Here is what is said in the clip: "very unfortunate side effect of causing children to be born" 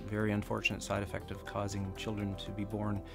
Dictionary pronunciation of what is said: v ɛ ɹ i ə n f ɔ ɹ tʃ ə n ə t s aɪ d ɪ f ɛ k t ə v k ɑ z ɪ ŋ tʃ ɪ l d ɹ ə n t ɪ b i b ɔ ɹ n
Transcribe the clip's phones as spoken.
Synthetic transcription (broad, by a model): v ɛ ɹ i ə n f ɔ ɹ tʃ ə n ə t s aɪ d ɪ f ɛ k t ə v k ɑ z ɪ ŋ tʃ ɪ l d ɹ ə n t ɪ b i b ɔ ɹ n